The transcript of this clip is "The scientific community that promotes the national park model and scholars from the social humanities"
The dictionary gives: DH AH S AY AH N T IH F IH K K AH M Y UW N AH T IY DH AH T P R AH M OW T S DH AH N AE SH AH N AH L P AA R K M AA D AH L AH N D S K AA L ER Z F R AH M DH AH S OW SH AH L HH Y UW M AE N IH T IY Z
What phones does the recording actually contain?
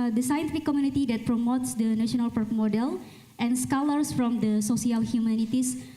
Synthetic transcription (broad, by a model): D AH S AY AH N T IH F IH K K AH M Y UW N AH T IY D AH T P R AH M OW T S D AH N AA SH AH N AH L P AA R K M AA D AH L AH N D S K AA L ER S F R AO M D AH S OW S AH L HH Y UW M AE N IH T IY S